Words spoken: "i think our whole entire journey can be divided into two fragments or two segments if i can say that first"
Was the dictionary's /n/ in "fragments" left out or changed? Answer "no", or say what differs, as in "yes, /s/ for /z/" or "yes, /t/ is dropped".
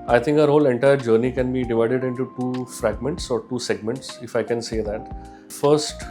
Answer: no